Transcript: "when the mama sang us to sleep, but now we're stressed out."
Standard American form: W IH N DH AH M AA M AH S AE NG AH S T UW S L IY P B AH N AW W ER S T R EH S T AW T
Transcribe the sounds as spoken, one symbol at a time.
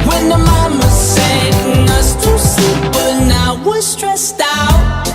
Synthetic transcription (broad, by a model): W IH N DH AH M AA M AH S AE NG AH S T UW S IY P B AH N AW W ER S T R EH S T AW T